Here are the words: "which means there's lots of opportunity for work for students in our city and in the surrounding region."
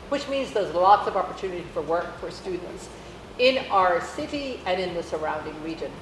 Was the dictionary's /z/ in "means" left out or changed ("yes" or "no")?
no